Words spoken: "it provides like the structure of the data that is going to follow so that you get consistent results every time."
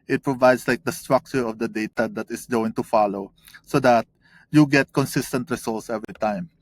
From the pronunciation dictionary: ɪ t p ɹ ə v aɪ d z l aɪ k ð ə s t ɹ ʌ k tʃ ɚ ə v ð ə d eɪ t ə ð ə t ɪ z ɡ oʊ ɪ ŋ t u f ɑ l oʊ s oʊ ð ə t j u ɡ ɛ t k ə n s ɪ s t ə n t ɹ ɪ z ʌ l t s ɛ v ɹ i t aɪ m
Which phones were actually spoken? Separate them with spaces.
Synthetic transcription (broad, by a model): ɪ t p ɹ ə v aɪ d s l aɪ k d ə s t ɹ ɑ k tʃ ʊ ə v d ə d eɪ t ə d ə t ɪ s ɡ oʊ ɪ ŋ t u f ɑ l oʊ s oʊ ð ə t j u ɡ ɛ t k ə n s ɪ s t ə n t ɹ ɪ s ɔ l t s ɛ v ɹ i t aɪ m